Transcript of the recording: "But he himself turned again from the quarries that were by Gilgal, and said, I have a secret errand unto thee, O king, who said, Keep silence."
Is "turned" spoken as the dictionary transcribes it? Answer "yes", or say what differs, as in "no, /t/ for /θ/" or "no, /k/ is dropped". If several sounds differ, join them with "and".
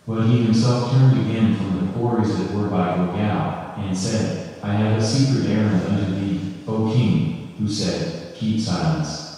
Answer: yes